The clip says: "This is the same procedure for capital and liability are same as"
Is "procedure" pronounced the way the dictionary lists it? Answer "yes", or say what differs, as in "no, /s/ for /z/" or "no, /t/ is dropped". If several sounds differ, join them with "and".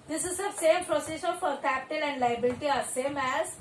no, /ʃ/ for /dʒ/